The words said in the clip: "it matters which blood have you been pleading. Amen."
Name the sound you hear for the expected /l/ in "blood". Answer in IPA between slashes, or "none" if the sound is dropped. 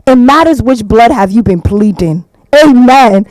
/l/